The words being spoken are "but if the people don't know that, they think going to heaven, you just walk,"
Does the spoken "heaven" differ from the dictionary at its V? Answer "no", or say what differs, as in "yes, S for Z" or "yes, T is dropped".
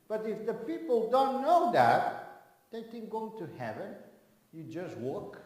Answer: no